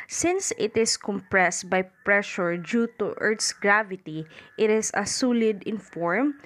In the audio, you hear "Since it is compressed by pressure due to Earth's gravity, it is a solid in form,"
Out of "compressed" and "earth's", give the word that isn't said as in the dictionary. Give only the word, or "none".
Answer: earth's